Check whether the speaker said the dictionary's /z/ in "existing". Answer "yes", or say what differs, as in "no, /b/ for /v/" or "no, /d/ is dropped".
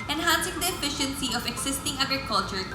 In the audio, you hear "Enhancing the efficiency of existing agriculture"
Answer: no, /s/ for /z/